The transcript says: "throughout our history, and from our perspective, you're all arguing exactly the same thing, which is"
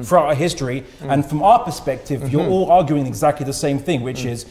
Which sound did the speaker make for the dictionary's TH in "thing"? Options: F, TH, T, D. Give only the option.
TH